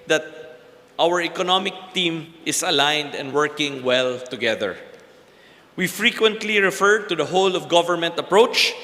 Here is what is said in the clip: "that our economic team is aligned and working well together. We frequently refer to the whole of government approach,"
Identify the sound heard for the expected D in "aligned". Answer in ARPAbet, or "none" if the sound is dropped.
D